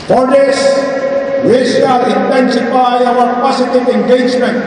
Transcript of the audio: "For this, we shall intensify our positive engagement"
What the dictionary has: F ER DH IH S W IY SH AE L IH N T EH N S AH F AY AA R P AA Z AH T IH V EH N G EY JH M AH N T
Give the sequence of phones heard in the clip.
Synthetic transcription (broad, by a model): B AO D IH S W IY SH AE L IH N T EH N S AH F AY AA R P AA S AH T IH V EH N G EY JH M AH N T